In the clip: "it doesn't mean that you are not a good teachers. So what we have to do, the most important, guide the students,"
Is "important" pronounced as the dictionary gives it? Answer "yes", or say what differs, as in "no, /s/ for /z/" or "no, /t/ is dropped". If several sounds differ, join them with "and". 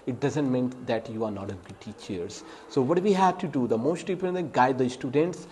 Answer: no, /m/ is dropped